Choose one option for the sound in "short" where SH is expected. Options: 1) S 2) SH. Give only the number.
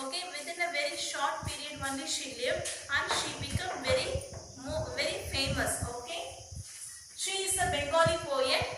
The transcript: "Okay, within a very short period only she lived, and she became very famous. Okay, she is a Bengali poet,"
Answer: 2